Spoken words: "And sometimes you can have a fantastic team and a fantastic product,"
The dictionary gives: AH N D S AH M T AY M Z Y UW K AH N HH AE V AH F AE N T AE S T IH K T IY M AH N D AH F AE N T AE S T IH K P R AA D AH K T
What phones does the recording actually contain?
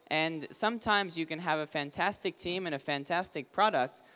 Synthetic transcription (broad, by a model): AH N S AH M T AY M Z Y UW K AH N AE V AH F AE N T AE S T IH K T IY M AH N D AH F AE N T AE S T IH K P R AA D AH K T